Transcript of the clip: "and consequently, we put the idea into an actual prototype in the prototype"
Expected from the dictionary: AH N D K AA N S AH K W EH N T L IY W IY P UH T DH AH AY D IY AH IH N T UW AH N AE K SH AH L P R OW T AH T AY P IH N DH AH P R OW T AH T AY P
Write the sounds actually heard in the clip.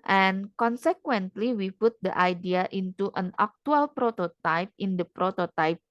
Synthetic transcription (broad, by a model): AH N K AA N S AH K W EH N T L IY W IY P UH T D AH AY D IY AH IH N T UW AH N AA K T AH L P R OW T AH T AY P IH N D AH P R OW T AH T AY P